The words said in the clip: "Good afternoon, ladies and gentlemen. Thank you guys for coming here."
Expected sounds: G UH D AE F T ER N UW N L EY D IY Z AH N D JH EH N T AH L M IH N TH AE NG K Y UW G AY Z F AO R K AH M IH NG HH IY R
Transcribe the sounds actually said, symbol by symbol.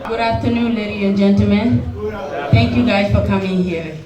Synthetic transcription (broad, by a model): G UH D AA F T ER N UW L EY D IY AH N JH EH N T AH L M IH N T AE NG K Y UW G AY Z F AO R K AH M IH NG HH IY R